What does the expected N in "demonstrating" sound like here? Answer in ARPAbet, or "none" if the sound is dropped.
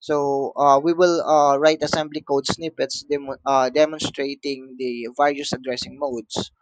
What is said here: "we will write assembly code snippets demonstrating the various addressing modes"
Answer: N